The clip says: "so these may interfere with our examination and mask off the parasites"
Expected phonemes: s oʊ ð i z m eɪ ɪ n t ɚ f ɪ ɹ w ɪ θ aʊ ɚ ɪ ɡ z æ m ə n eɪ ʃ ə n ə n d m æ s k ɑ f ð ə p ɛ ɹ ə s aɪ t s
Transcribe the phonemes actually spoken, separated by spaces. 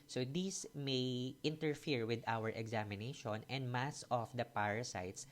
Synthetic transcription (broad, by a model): s oʊ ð i s m eɪ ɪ n t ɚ f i ɹ w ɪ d aʊ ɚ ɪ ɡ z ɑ m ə n eɪ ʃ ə n ə n d m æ s ɑ f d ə p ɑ ɹ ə s aɪ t s